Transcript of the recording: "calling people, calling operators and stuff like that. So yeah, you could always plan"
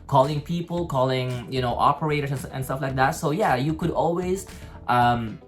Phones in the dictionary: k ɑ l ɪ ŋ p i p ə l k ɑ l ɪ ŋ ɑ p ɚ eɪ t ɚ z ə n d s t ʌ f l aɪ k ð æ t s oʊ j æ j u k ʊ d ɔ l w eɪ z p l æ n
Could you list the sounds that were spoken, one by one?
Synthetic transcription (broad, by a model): k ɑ l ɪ ŋ p i p ə l k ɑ l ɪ ŋ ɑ p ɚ eɪ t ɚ s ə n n s t ʌ f l aɪ k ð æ t s oʊ j æ j u k ʊ d ɔ l w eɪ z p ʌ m